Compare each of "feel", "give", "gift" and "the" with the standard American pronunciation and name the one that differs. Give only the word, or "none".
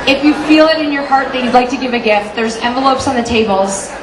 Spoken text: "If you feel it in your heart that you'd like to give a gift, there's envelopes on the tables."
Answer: none